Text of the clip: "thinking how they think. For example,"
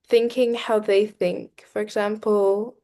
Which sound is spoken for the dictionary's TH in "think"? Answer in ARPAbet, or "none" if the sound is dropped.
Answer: TH